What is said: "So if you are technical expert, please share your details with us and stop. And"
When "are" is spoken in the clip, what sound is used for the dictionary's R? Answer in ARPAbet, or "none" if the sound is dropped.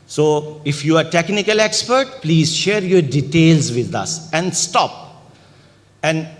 R